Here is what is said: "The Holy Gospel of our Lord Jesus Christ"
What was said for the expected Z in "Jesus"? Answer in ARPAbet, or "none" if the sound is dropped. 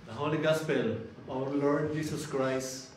S